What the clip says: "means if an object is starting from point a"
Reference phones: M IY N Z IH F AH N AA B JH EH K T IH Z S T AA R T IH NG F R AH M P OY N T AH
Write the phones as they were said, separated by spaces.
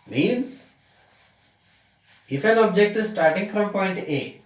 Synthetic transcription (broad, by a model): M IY N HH IH F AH L AA B JH EH K T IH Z S T AA R T IH NG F R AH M P OY N T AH